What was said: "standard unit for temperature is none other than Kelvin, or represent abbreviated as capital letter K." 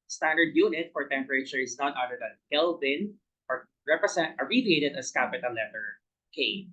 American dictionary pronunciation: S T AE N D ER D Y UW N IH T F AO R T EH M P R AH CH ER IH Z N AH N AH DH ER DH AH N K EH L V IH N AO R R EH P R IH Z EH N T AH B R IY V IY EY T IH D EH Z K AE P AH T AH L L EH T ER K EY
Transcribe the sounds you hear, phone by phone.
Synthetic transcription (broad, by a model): S T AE N D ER D Y UW N IH T F AO R T EH M P R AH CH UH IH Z N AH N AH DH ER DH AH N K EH L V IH N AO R R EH P R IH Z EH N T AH R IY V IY EY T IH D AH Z K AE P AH T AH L L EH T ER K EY